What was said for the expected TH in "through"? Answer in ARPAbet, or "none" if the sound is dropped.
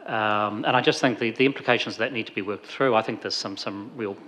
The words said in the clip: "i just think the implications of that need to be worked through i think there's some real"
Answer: TH